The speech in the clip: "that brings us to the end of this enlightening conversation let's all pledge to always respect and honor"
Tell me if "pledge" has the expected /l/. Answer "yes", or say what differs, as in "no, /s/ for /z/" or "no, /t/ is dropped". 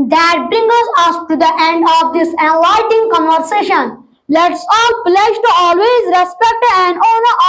yes